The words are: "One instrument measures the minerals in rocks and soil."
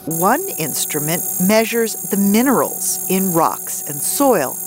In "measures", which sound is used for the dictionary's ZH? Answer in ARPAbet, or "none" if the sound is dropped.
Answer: ZH